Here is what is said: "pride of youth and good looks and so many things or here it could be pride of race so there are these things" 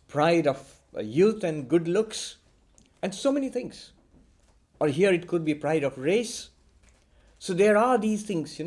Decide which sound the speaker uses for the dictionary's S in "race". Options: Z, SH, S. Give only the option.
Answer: S